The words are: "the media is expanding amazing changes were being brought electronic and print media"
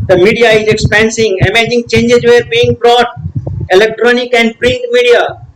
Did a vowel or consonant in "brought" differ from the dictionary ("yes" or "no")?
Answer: no